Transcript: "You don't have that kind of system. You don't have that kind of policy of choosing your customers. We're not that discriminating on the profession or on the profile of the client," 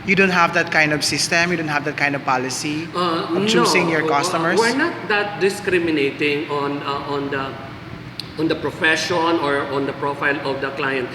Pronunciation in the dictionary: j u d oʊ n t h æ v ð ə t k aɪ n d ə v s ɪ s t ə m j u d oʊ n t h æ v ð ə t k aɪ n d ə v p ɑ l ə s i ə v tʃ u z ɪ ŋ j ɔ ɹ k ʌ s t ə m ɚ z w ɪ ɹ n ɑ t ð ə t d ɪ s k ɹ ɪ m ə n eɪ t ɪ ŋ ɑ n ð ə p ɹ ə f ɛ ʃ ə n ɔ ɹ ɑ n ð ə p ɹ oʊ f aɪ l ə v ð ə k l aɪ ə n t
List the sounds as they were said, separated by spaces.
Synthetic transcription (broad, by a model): j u d oʊ n t h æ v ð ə t k aɪ n d ə v s ɪ s t ə m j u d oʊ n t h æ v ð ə t k aɪ n d ə v p ɑ l ə s i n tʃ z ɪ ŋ j ɔ ɹ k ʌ s t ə m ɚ w ɪ ɹ n ɑ t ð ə t d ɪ s k ɹ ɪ m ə n eɪ t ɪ ŋ ɑ n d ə p ɹ ə f ɛ ʃ ə n ɔ ɹ ɑ n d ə p ɹ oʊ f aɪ l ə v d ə k l aɪ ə n t